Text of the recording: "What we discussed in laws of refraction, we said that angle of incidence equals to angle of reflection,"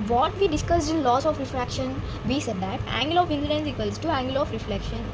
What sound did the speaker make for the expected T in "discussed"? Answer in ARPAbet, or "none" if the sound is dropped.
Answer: none